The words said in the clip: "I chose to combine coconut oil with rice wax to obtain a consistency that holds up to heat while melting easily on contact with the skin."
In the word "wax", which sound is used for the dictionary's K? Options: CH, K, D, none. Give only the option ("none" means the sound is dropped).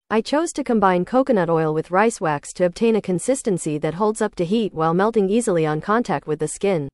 K